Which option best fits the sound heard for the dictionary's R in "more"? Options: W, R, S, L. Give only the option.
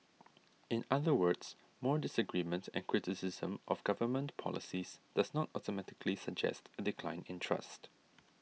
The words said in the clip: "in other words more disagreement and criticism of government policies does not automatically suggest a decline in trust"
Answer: R